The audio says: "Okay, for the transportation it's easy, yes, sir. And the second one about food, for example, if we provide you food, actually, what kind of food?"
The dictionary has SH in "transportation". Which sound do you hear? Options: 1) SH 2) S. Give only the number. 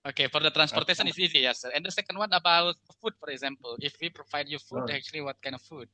2